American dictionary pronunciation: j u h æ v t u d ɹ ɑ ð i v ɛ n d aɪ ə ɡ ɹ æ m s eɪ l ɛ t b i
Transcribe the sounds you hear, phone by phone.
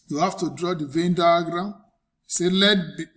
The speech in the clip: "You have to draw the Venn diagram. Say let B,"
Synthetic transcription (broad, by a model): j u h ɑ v t u d ɹ ɑ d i v ɛ n d aɪ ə ɡ ɹ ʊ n s eɪ l ɛ t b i